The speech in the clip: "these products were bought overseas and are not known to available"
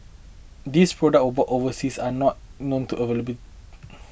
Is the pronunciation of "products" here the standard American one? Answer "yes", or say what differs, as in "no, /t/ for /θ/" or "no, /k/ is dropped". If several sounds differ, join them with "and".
no, /s/ is dropped